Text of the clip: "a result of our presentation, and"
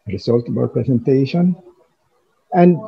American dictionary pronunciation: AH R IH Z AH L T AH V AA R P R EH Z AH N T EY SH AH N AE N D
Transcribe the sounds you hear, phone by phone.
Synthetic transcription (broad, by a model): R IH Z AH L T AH B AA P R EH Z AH N T EY SH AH N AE N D